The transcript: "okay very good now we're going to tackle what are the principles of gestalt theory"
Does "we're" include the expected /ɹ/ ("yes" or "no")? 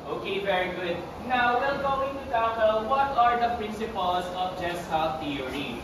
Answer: no